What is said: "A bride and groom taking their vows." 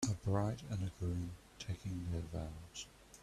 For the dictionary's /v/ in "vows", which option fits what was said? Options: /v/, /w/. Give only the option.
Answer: /v/